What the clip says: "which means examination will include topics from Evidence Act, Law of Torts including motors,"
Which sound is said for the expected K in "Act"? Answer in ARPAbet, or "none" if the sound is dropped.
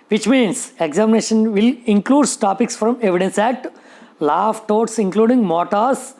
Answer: none